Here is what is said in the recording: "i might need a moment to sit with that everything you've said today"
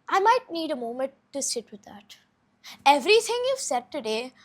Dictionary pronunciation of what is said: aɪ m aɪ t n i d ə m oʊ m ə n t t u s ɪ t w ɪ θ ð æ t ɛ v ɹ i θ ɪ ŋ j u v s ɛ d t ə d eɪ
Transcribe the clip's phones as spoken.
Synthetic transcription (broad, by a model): aɪ m aɪ t n i d ə m oʊ m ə n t t u s ɪ t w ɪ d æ t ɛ v ɹ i t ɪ ŋ j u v s ɛ d t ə d eɪ